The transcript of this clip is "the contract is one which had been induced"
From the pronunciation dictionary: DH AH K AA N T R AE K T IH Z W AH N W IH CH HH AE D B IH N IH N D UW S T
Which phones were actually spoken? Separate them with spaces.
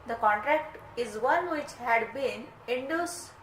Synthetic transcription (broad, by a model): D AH K AA N T R AE K T IH Z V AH N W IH CH HH AE D B IH N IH N D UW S